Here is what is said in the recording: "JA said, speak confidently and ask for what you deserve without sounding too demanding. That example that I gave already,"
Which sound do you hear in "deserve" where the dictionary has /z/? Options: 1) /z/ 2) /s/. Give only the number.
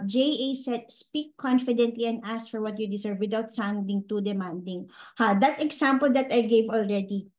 2